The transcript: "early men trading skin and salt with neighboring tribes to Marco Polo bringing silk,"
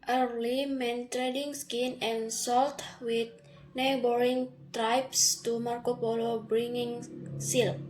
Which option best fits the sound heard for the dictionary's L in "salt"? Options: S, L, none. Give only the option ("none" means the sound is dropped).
L